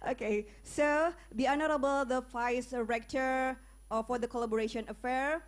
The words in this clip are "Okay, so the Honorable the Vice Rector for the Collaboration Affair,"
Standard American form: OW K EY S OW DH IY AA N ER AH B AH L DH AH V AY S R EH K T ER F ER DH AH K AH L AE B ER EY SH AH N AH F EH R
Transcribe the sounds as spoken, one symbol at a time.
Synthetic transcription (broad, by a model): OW K EY S OW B IY AA N ER AH B AH L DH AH F AY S R EH K T ER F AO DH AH K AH L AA B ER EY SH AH N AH F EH R